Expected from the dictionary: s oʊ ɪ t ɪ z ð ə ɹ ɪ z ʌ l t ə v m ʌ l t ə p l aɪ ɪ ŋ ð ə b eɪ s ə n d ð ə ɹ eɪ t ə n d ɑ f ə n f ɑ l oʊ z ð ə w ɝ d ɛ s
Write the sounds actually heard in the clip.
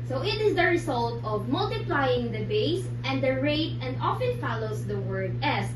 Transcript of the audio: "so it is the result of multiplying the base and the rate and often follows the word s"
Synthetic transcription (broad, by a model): s oʊ ɪ t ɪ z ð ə ɹ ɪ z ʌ l t ə v m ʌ l t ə p l aɪ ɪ ŋ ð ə b eɪ s ə n d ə ɹ eɪ t ə n d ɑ f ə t f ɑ l oʊ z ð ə w ɝ d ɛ s